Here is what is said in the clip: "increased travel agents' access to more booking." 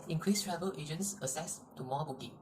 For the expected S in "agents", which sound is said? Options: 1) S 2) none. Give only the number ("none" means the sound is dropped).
1